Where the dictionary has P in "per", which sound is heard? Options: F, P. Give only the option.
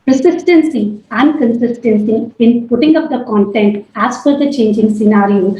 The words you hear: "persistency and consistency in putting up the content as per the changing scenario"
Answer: F